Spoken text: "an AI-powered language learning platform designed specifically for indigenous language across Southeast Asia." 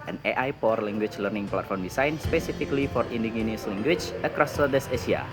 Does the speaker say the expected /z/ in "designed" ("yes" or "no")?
no